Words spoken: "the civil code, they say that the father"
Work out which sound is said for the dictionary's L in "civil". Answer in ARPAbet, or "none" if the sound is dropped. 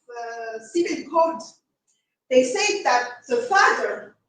N